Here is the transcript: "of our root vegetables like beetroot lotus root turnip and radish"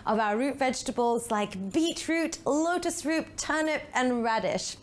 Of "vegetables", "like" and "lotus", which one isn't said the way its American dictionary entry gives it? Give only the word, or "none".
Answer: none